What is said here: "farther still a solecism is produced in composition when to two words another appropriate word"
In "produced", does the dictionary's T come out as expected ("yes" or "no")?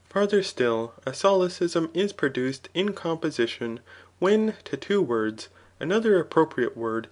yes